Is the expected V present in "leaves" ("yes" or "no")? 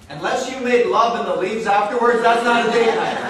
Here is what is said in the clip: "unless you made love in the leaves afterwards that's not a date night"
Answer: yes